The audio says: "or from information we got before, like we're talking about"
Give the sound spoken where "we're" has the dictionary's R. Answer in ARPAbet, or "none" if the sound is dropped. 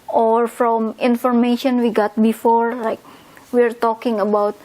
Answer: R